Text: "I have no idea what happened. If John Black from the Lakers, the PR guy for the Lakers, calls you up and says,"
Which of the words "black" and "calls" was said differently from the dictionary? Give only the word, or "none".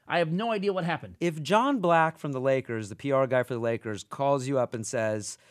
none